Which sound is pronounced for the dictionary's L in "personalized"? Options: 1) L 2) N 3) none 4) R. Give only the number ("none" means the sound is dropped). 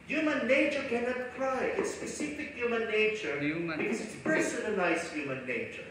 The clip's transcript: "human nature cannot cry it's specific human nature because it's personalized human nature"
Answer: 2